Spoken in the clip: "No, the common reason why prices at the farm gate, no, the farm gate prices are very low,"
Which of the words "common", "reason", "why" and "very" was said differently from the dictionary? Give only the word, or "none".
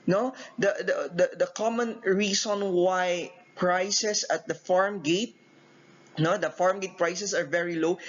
reason